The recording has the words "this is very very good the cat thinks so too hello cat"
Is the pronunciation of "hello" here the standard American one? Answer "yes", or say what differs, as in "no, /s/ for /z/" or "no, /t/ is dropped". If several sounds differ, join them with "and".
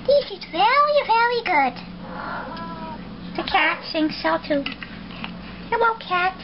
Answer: no, /w/ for /l/